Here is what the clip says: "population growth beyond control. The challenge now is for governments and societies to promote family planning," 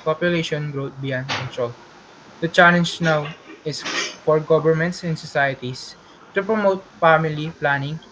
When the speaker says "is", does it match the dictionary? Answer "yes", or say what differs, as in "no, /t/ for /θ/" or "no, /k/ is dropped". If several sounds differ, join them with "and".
no, /s/ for /z/